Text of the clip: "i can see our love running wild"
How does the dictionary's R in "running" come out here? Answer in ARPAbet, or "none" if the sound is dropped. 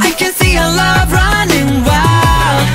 R